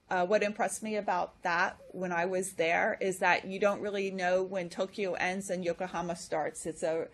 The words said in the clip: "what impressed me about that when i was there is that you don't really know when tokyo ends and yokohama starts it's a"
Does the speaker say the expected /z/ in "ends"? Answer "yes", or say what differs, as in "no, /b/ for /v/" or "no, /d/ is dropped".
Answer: yes